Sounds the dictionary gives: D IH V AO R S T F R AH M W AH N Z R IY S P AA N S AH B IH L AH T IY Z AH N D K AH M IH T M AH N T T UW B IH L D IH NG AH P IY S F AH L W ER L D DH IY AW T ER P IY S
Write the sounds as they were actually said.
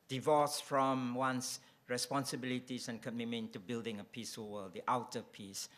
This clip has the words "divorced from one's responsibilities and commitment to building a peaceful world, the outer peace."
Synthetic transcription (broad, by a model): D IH V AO S F R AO M W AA N S R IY S P AA N S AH B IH L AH T IY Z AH N K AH M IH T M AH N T T UW B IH L D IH NG AH P IY S AH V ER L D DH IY AW T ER P IY S